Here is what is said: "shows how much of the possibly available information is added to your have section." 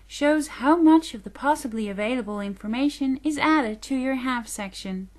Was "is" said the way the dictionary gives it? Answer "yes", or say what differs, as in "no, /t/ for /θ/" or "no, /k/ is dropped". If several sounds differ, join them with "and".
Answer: yes